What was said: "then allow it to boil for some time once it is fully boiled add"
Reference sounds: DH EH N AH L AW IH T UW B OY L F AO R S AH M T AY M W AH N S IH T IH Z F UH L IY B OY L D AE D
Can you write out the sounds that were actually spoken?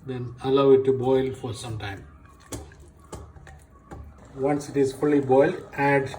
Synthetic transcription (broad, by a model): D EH N AH L AW IH T UW B OY L F AO R S AH M T AY M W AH N S IH T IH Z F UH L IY B OY L D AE D